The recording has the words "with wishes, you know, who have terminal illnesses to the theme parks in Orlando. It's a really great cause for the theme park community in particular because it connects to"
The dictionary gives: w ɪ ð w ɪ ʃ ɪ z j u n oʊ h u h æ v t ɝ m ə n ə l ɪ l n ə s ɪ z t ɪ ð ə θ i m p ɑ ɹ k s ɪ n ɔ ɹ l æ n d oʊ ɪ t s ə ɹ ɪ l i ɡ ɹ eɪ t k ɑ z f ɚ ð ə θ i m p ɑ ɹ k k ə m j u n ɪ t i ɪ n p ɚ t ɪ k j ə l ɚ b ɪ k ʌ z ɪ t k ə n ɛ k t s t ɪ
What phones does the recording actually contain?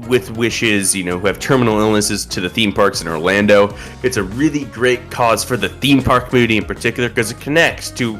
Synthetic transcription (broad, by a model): w ɪ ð w ɪ ʃ ɪ z j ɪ n oʊ h u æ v t ɝ m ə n l ɪ l n ə s ɪ z t ɪ ð ə θ i m p ɑ ɹ k s ɪ n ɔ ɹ l æ n d oʊ ɪ t s ə ɹ ɪ l i ɡ ɹ eɪ t k ɑ z f ɚ ð ə θ i m p ɑ ɹ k k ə m j u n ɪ t i ɪ n p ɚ t ɪ k j l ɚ k ʌ z ɪ t k ə n ɛ k t s t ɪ